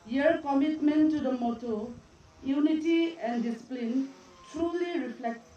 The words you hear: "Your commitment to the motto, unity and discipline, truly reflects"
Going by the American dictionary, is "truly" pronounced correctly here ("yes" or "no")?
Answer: yes